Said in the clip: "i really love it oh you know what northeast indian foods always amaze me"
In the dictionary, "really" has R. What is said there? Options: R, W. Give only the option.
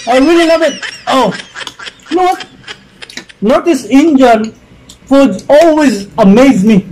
W